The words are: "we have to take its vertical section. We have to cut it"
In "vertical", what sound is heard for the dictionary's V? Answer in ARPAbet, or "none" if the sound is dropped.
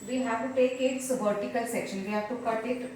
B